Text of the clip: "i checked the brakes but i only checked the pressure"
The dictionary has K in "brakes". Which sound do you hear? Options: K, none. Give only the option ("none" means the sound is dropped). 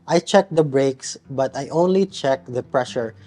K